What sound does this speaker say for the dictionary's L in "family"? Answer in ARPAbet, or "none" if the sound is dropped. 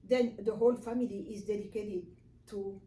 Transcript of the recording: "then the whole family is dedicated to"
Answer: L